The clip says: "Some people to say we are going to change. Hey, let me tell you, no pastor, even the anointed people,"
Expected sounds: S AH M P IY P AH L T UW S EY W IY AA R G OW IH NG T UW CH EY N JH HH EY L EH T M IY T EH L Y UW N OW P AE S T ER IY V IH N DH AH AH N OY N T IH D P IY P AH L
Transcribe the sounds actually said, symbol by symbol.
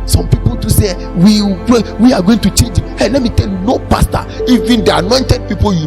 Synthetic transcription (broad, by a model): S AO M P IY P AH L T UW S EY W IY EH W G OW IH NG T UW CH EY N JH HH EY L EH T M IY T EH L Y UW N OW P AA S T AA IY V IH N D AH AH N OY N T IH D P IY P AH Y